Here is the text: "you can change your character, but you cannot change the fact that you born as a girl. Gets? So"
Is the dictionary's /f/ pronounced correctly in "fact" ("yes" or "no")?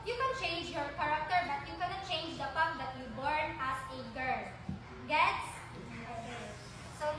no